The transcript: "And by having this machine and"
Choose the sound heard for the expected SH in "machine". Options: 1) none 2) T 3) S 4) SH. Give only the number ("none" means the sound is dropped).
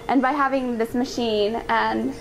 4